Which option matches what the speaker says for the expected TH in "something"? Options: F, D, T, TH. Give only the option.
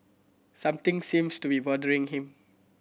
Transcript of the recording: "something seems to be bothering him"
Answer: T